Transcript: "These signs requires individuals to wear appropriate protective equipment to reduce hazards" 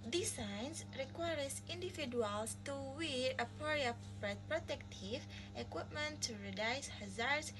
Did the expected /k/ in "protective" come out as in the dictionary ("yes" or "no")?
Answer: yes